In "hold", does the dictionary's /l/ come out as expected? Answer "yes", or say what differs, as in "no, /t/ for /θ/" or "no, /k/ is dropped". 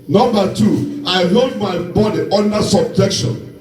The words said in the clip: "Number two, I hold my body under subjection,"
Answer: no, /l/ is dropped